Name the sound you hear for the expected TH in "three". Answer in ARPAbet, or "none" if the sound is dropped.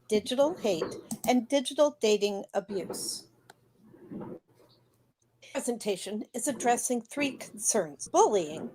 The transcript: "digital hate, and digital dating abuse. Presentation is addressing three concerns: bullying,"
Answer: TH